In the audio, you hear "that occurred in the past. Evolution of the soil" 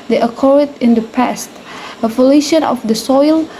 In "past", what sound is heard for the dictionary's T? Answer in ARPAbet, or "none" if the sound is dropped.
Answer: T